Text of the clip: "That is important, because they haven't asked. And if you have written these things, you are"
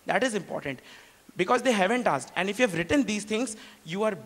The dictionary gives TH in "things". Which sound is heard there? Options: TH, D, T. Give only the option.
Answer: T